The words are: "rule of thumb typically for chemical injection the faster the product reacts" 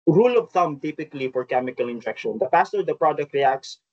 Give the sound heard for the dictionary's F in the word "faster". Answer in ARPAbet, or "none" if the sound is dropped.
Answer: P